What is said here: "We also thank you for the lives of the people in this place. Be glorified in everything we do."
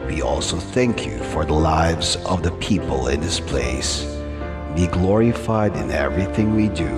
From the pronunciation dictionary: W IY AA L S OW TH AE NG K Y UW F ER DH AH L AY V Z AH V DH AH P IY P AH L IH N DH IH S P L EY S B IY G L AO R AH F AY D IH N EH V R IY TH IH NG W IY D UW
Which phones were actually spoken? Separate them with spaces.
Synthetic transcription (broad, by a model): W IY AA L S OW TH AE NG K Y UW F ER DH AH L AY V Z AH V DH AH P IY P AH L IH N DH IH S P L EY S B IY G L AO R AH F AY D IH N EH V R IY TH IH NG W IY D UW